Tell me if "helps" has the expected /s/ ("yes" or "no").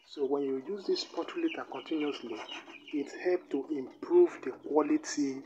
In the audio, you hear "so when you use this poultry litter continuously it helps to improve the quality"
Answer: no